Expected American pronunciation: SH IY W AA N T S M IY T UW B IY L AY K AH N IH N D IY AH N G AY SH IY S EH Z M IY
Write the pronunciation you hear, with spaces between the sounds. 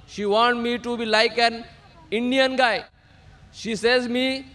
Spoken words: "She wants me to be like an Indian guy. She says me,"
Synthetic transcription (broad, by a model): SH IY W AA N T M IY T UW B IY L AY K AH N IH N D IY AH N G AY SH IY S EH Z M IY